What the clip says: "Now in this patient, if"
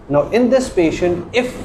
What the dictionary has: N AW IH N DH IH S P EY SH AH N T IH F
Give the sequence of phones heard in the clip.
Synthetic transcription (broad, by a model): N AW IH N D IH S P EY SH AH N T IH F